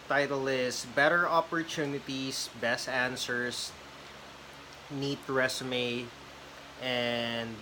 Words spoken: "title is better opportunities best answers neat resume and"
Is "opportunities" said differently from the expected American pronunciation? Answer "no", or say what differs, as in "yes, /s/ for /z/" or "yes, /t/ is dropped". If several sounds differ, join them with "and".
yes, /s/ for /z/